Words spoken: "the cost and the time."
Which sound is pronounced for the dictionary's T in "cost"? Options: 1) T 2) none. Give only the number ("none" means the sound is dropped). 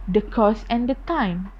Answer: 2